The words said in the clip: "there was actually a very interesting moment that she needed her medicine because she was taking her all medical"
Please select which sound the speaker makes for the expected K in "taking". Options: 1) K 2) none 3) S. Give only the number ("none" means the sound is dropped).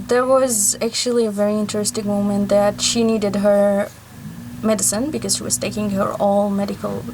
1